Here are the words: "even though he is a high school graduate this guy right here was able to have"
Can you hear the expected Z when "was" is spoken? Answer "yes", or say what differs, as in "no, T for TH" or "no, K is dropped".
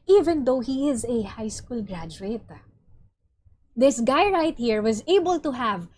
yes